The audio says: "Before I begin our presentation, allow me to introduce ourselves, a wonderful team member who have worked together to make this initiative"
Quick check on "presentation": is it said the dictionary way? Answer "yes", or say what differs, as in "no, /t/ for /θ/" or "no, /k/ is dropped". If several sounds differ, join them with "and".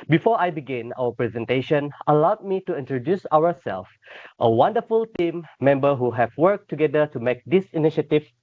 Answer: yes